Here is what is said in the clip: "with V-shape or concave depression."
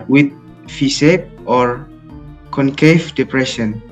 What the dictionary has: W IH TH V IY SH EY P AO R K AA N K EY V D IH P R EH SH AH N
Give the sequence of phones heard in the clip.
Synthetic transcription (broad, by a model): W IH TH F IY S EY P AO R K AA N K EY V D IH P R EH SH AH N